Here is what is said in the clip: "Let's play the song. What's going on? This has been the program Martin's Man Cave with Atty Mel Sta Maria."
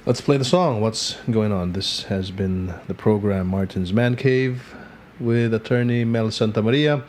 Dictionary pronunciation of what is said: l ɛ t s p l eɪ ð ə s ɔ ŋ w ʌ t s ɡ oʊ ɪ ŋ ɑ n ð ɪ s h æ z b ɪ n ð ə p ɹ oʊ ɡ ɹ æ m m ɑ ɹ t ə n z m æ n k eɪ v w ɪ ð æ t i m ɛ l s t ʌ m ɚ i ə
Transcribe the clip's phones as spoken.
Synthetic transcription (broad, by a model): l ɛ t s p l eɪ ð ə s ɔ ŋ w ʌ t s ɡ oʊ ɪ ŋ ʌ n ð ɪ s h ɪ z b ɪ n ð ə p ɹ oʊ ɡ ɹ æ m m ɑ ɹ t n z m æ n k eɪ v w ɪ ð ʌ t i m ɛ l s t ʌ m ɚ i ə